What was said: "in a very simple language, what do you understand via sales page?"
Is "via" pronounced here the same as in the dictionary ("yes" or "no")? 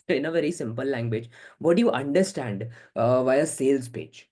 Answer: yes